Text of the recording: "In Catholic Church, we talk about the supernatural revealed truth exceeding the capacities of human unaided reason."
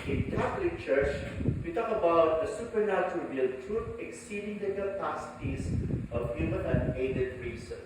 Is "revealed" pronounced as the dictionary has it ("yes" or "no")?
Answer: no